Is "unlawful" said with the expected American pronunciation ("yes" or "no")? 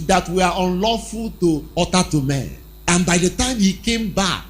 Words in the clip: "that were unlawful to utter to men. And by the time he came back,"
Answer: yes